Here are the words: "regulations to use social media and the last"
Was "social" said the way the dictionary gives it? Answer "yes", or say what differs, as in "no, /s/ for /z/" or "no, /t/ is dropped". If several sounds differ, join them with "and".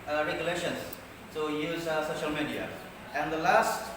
yes